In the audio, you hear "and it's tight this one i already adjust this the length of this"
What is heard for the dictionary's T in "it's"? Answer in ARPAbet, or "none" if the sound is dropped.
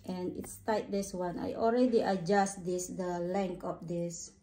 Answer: T